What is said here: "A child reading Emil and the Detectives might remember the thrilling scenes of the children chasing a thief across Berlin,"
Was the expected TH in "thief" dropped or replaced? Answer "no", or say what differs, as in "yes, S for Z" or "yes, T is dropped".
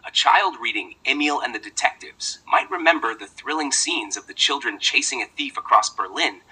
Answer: no